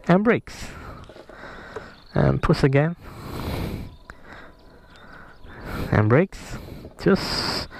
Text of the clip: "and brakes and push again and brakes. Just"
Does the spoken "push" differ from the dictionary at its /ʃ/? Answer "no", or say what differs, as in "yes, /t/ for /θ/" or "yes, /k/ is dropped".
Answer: yes, /s/ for /ʃ/